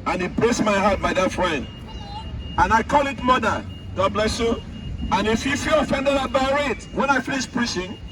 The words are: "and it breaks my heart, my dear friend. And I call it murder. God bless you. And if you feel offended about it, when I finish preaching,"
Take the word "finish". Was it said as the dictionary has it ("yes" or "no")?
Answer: no